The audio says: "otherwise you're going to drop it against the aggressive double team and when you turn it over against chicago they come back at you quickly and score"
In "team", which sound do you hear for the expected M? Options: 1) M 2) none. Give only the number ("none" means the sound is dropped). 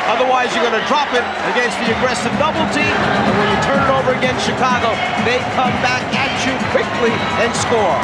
2